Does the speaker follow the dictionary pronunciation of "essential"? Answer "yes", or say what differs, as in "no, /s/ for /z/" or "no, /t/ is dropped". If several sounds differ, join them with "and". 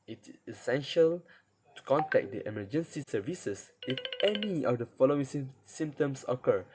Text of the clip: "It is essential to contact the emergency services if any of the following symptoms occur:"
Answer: yes